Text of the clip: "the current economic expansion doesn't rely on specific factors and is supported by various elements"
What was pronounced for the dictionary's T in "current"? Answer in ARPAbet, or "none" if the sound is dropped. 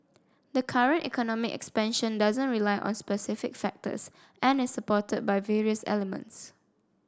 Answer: T